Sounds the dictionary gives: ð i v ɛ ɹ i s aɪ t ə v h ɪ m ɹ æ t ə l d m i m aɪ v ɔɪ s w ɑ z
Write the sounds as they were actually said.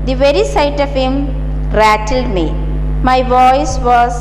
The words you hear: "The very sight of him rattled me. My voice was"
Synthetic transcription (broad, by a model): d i v ɛ ɹ i s aɪ t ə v h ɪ m ɹ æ t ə l d m i m aɪ v ɔɪ s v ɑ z